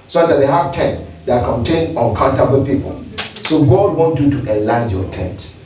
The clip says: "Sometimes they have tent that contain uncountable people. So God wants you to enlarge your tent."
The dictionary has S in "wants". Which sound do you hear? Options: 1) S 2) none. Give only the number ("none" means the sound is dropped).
2